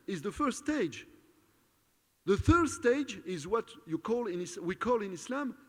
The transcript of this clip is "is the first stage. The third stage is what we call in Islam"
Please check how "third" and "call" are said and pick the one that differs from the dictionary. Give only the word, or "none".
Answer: none